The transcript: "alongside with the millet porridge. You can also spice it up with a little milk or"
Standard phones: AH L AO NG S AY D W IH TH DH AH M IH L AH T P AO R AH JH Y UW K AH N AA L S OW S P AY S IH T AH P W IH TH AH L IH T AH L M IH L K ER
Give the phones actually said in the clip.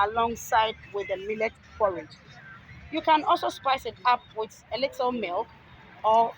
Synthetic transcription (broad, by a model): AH L AO NG S AY D W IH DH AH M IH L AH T F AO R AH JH Y UW K AH N AA L S OW S P AY S IH T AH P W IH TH AH L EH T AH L M IH L K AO